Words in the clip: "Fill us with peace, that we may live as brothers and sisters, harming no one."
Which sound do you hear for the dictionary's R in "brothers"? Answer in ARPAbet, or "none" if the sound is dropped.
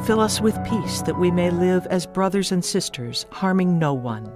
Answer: R